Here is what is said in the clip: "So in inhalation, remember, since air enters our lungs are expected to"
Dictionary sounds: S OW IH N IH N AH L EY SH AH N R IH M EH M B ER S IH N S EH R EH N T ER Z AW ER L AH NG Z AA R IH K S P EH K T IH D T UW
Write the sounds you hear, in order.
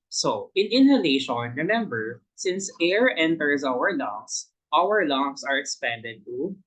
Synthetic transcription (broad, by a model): S OW IH N IH N AH L EY SH AH N R IH M EH M B ER S IH N S EH R EH N T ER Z AW ER L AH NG S AA R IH K S P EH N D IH D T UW